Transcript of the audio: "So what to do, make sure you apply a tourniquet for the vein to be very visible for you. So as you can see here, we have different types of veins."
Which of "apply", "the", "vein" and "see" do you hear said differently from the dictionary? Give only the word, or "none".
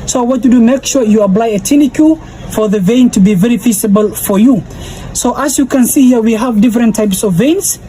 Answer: none